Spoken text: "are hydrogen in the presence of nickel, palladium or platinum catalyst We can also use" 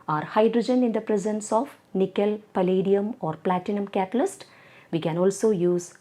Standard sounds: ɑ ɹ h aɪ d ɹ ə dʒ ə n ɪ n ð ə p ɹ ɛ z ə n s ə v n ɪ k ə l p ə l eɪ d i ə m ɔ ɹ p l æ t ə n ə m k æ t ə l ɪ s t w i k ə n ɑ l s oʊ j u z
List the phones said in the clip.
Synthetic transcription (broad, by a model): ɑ ɹ h aɪ d ɹ ə dʒ ə n ɪ n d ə p ɹ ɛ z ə n s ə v n ɪ k ə l p ə l eɪ d i ə m ɔ ɹ p l æ t ə n ə m k æ t ə l ɪ s t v i k ə n ɑ l s oʊ j u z